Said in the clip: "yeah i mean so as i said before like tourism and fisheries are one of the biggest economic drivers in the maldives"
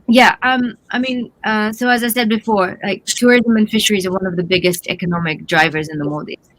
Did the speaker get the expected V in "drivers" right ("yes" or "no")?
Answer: yes